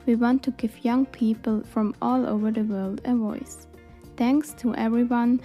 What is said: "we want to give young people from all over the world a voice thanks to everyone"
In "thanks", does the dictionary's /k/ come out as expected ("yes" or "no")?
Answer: yes